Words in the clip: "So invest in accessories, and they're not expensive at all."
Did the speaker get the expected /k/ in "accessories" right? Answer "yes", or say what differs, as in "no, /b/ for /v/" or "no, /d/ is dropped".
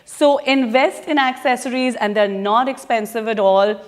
yes